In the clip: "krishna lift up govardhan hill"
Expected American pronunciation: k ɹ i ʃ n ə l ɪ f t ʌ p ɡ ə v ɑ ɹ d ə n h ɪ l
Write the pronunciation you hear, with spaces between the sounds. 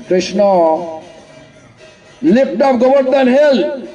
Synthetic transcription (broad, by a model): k ɹ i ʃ n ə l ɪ p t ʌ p ɡ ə b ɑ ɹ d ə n h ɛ l